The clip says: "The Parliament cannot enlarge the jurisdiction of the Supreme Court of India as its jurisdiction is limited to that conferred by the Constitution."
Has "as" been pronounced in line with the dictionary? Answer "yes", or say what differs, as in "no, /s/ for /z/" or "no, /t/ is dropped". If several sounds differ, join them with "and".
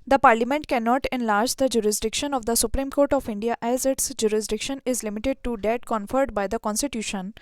yes